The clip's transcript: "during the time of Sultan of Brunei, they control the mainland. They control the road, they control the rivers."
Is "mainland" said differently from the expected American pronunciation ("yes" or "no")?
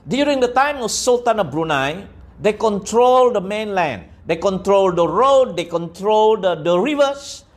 no